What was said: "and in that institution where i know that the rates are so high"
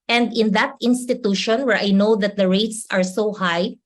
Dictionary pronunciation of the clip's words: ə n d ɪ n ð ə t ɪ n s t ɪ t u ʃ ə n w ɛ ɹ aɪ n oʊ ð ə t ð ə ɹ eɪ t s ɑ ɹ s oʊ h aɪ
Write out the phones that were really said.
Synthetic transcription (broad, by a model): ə n d ɪ n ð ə t ɪ n s t ɪ t u ʃ ə n w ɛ ɹ aɪ n oʊ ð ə t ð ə ɹ eɪ t s ɑ ɹ s oʊ h aɪ